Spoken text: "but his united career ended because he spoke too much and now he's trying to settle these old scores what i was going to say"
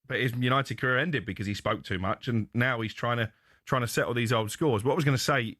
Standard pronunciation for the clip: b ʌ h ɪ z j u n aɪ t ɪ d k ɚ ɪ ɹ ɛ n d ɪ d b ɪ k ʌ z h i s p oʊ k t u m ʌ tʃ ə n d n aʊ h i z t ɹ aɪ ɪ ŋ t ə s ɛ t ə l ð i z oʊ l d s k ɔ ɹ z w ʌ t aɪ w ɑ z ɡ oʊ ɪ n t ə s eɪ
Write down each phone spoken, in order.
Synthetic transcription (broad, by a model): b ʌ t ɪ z j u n aɪ t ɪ d k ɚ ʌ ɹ ɛ n d ɪ d b ɪ k ʌ z i s p oʊ k t u m ʌ tʃ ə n n aʊ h i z t ɹ aɪ ɪ ŋ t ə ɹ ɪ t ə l ð i z oʊ l d s k ɔ z w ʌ t w ɑ z ɡ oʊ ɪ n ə s eɪ